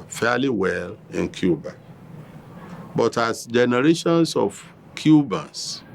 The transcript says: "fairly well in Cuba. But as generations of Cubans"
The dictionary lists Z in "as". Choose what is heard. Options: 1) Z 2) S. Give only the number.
2